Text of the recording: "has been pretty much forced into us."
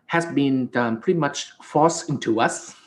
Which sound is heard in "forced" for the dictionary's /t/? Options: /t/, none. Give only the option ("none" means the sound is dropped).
none